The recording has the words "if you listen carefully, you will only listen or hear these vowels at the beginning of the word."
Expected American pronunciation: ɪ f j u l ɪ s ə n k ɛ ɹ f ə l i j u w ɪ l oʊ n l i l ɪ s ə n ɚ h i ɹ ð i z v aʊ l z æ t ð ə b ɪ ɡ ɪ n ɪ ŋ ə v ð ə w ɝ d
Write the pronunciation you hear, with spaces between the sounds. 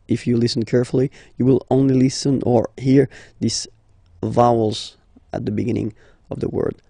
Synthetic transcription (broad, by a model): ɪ f j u l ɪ s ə n k ɛ ɹ f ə l i j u w ɪ l oʊ n l i l ɪ s ə n ɚ h i ɹ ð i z v aʊ l z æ t ð ə b ɪ ɡ ɪ n ɪ ŋ ə v ð ə w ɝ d